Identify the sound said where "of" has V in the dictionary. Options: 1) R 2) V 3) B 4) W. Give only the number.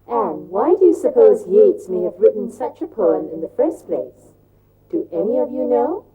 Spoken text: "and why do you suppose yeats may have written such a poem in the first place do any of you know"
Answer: 2